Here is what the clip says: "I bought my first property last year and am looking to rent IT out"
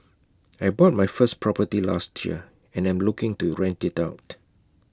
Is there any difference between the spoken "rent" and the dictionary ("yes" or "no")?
no